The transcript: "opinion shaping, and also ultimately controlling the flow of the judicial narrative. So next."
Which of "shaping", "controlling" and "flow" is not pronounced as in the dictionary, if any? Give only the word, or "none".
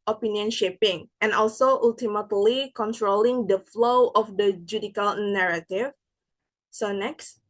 none